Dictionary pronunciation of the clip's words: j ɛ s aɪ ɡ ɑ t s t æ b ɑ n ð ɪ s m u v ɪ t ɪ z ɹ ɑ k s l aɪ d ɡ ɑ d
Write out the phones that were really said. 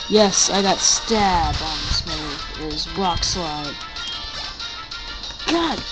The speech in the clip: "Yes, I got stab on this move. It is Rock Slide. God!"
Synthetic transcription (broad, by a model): j ɛ s aɪ ɡ ɑ t s t æ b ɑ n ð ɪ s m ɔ ɪ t ɪ z ɹ ɑ k s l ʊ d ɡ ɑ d